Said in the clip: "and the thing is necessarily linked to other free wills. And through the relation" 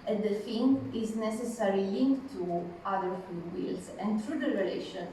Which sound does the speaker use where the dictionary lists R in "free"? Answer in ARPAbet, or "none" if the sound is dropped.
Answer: none